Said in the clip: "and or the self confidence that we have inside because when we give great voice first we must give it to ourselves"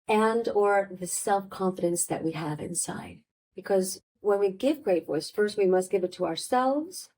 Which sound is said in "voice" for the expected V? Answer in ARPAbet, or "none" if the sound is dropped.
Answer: W